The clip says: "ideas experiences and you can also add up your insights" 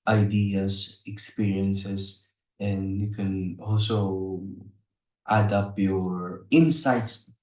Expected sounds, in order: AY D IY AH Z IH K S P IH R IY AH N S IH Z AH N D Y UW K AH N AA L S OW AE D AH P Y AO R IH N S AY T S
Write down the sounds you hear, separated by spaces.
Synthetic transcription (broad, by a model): AY D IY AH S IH K S P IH R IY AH N S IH S AH N D Y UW K AH N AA L S OW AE D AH P Y AO R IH N S AY T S